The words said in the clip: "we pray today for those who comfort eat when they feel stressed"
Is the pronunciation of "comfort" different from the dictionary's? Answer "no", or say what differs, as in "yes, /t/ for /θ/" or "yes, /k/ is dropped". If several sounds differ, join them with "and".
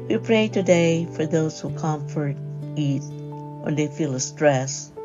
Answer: no